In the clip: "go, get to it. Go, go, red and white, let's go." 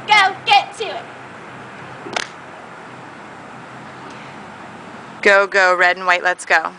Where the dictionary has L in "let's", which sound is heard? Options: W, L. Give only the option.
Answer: L